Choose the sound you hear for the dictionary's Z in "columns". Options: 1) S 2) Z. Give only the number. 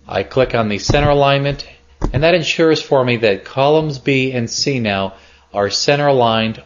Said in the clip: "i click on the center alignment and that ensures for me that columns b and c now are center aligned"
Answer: 2